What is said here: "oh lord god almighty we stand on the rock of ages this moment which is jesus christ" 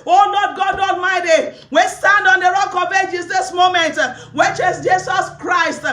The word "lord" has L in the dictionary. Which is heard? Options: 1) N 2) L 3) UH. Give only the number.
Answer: 1